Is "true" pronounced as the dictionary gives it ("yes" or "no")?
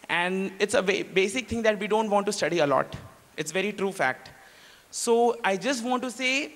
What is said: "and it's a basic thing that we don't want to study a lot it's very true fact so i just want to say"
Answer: yes